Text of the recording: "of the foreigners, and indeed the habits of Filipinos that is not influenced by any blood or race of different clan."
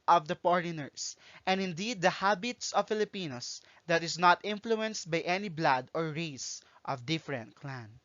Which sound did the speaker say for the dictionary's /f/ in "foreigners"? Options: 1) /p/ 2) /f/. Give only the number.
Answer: 1